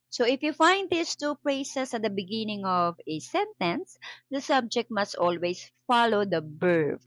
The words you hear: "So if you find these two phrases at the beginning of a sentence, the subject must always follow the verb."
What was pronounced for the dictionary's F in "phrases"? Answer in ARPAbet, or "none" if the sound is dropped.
P